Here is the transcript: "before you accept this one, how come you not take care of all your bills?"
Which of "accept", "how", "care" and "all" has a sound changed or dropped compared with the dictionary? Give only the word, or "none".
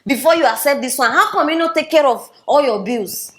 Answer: accept